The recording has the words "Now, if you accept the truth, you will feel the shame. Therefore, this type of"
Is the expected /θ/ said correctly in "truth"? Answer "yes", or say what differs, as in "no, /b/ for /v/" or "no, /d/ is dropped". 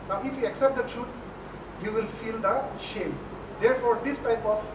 no, /t/ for /θ/